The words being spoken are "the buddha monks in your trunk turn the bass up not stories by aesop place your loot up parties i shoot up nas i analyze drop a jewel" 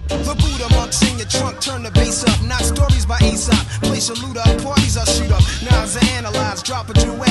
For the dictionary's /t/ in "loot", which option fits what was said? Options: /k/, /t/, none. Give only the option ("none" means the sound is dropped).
/t/